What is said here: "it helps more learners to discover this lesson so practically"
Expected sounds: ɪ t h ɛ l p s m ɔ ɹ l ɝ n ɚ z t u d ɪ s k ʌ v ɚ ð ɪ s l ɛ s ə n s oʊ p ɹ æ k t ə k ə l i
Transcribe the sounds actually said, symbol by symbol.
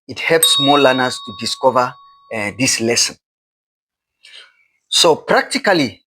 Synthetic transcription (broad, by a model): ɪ t h ɛ l p s m ɔ l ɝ n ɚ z t u d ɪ s k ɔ v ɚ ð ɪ s l ɛ s ə n s oʊ p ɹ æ k t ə k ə l i